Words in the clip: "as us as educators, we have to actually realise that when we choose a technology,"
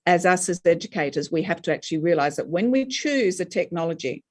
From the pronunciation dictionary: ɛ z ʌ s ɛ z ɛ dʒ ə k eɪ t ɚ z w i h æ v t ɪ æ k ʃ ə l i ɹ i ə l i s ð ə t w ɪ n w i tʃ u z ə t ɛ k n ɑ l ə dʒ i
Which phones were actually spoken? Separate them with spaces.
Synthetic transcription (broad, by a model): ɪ z ʌ s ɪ z ɛ dʒ ə k eɪ t ɚ z w i h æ f t ɪ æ k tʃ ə l i ɹ i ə l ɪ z ð ə t w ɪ n w i tʃ u z ə t ɛ k n ɑ l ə dʒ i